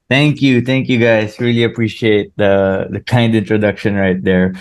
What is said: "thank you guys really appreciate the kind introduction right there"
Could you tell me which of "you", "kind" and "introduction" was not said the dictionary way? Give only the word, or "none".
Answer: none